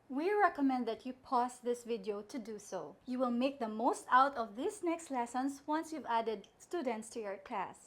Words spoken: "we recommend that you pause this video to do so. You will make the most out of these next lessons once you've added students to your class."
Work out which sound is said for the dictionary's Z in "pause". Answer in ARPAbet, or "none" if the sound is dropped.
S